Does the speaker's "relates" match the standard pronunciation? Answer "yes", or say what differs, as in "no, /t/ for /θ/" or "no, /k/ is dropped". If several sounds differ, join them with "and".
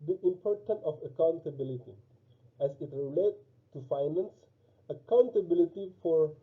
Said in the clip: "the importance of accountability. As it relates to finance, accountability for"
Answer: no, /s/ is dropped